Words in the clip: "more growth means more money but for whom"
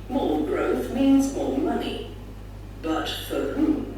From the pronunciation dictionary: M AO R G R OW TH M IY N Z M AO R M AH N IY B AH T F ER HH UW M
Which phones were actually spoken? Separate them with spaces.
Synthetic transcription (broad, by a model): M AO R G R OW TH M IY N Z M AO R M AH N IY B AH T F ER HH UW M